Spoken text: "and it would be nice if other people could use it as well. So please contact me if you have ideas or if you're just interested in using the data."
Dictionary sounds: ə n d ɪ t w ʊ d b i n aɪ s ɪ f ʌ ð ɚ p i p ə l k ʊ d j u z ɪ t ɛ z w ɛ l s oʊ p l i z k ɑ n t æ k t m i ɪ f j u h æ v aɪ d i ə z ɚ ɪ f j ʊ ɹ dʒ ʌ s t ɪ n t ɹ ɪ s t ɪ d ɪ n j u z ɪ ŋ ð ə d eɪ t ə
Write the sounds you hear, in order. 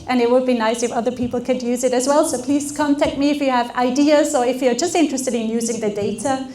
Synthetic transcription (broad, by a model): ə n ɪ t w ʊ d b i n aɪ s ɪ f ʌ ð ɚ p i p l k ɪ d j u z ɪ t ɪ z w ɛ l s oʊ p l i z k ɑ n t æ k t m i ɪ f j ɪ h v aɪ d i ə z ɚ ɪ f j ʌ ɹ dʒ ʌ s t ɪ n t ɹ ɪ s t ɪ d ɪ n j u z ɪ ŋ ð ə d eɪ t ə